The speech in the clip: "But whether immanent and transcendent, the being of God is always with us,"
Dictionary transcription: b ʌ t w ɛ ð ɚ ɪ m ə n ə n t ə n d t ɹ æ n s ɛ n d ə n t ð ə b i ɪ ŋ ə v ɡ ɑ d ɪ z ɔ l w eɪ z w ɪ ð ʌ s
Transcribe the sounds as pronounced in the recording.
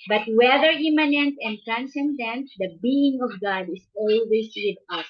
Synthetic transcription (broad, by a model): b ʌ t w ɛ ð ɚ ɪ m ə n ə n t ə n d t ɹ æ n s ɛ n d ə n t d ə b i ɪ ŋ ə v ɡ ɑ d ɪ s ɔ l w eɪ s w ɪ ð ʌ s